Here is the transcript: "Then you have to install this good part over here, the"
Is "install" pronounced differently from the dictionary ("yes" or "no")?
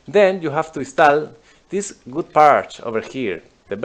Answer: yes